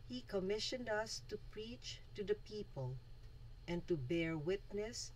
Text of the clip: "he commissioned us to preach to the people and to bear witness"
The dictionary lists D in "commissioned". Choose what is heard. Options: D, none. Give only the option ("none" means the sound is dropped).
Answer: D